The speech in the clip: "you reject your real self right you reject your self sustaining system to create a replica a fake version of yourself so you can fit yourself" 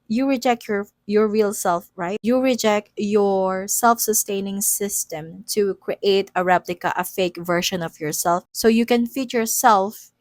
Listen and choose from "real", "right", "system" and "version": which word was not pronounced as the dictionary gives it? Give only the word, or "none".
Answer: version